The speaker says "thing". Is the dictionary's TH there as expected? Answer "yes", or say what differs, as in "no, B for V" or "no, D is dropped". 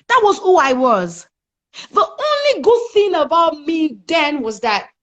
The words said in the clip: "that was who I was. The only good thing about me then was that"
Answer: yes